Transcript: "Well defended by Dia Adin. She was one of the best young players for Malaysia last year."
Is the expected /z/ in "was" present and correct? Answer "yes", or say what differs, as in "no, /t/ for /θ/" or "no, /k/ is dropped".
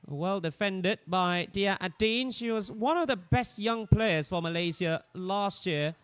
yes